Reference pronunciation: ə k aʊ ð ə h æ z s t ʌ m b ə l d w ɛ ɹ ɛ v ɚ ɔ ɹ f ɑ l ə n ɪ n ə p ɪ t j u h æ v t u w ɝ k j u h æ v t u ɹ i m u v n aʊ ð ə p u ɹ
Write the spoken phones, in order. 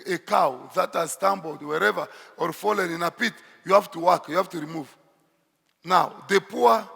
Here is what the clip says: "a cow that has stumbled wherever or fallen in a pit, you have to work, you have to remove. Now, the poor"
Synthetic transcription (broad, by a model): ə k aʊ ð ə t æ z s t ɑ m b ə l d w ɛ ɹ ɛ v ɚ ɔ ɹ f ɑ l ə n ɪ n ə p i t j u h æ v t u w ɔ k j u h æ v t u ɹ i m u v n aʊ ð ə p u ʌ